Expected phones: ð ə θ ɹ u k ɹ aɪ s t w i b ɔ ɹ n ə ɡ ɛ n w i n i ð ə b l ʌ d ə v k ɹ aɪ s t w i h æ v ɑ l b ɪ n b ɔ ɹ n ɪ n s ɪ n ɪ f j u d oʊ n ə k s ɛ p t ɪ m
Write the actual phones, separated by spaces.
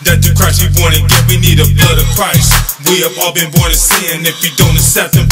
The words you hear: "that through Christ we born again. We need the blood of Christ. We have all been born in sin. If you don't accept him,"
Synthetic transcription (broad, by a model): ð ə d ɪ k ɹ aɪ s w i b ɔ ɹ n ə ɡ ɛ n w i n i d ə b l ʌ d ə v k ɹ aɪ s w i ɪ v ɑ l b ɪ n b ɔ ɹ n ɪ s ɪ n ɪ f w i d oʊ n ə s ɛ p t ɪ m